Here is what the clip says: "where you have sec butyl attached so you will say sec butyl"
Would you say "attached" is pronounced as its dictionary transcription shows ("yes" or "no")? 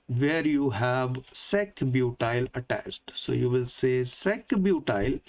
no